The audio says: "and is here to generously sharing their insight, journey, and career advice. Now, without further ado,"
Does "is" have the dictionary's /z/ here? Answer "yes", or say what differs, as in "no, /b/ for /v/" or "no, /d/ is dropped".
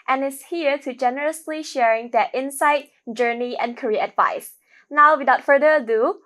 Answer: no, /s/ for /z/